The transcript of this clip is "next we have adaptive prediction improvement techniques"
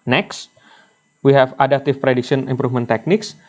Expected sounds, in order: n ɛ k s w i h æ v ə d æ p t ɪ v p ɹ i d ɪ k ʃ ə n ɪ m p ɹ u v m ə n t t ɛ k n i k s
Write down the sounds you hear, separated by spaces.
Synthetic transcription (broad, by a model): n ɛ k s w i h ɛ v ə d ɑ t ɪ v p ɹ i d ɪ k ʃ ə n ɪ m p ɹ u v m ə n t t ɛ k n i k s